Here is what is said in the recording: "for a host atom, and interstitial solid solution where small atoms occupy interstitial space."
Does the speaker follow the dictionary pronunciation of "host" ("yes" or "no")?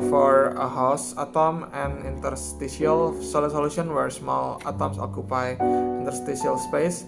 no